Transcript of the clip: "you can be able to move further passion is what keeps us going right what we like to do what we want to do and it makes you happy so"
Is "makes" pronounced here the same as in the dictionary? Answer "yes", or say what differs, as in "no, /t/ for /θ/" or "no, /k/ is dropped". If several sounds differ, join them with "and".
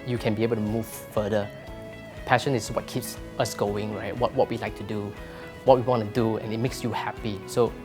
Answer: yes